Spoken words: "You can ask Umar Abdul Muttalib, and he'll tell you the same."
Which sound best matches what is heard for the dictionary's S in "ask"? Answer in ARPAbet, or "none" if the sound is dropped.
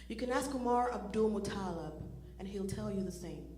S